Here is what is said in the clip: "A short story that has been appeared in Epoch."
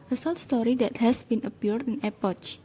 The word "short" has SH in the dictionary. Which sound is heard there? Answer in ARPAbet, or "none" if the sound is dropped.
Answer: S